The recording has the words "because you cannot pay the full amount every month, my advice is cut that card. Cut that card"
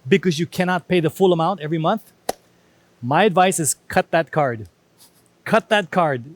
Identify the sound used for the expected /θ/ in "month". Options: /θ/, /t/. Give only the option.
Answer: /θ/